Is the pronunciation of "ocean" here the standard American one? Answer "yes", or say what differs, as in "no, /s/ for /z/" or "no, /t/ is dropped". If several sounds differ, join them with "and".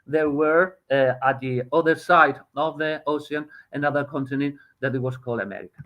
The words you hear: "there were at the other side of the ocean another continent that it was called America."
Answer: no, /s/ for /ʃ/